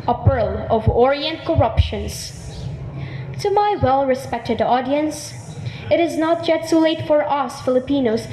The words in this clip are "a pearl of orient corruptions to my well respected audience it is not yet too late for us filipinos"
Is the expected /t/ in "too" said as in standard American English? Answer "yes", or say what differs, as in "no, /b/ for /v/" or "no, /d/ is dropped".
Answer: no, /s/ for /t/